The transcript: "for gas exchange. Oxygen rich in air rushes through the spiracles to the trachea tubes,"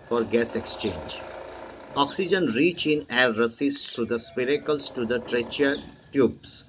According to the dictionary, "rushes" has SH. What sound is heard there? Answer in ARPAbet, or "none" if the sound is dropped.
S